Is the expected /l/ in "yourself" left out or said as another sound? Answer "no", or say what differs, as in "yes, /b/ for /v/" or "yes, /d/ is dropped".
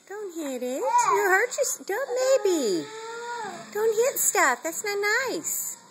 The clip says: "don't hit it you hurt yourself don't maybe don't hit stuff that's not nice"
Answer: yes, /l/ is dropped